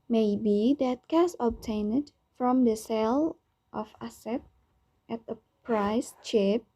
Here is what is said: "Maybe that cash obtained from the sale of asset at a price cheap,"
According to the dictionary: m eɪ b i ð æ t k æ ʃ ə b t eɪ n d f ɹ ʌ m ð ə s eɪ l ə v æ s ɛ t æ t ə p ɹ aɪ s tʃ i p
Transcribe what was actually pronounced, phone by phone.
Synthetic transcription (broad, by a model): m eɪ b i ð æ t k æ s ə b t eɪ n d f ɹ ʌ m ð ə s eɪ l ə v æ s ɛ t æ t ə p ɹ aɪ s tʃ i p